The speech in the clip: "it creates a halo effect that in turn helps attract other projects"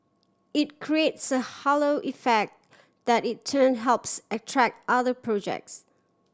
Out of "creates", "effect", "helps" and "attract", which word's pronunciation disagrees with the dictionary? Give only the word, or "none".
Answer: none